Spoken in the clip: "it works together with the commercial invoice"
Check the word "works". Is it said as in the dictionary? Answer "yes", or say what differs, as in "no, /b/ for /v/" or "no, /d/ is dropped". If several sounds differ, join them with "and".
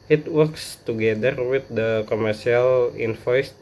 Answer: yes